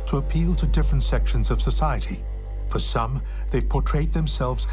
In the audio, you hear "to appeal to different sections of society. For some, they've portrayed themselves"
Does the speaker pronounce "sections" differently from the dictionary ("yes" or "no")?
no